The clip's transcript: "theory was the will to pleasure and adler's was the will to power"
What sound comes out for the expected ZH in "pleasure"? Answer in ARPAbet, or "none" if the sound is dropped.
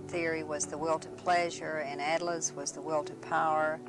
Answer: ZH